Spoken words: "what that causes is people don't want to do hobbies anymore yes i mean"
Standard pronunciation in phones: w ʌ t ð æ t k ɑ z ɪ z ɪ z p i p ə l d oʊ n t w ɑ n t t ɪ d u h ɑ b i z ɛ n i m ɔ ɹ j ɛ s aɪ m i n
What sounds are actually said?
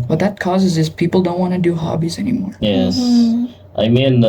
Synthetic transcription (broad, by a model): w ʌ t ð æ t k ɑ z ɪ z ɪ z p i p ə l d oʊ n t w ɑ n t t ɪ d u h ɑ b i z ɛ n i m ɔ ɹ j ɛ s aɪ m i n